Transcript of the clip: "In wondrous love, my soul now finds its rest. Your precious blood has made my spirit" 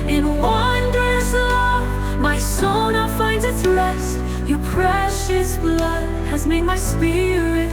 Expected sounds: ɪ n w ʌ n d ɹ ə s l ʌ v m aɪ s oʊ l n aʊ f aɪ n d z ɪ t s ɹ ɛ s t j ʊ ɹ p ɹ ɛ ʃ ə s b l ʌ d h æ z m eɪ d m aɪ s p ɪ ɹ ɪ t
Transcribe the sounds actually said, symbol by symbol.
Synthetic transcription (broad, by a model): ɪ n w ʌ n d ɹ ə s l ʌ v m aɪ s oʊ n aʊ f aɪ n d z ɪ t s l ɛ s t j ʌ ɹ p ɹ ɛ ʃ ə s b l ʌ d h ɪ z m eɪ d m aɪ s p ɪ ɹ ɪ t